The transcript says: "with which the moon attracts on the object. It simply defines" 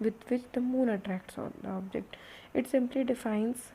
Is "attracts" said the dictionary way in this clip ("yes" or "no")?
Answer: yes